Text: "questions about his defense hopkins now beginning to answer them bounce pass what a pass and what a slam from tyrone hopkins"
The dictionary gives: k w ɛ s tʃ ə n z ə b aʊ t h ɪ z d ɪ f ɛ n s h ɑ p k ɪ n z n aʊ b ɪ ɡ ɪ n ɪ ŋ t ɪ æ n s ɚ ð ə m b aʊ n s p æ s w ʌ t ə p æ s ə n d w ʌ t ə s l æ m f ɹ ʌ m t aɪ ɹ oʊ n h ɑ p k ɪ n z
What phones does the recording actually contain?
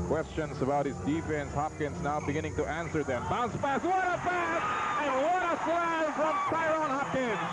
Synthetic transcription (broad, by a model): k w ɛ s tʃ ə n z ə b aʊ t h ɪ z d ɪ f ɛ n s h ɑ p k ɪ n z n aʊ b ɪ ɡ ɪ n ɪ ŋ t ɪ æ n s ɚ ð ə m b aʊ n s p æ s w ʌ t ə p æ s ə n w ʌ t ə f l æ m f ɹ ʌ m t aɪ ɹ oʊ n h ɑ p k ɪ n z